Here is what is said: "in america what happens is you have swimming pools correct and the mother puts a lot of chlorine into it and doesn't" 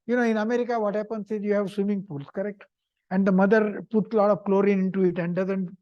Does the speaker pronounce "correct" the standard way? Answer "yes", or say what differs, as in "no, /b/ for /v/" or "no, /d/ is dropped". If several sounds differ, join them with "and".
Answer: yes